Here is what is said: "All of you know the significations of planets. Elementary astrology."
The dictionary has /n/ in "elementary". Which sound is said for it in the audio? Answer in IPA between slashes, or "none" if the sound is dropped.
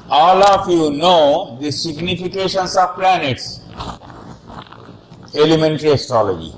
/n/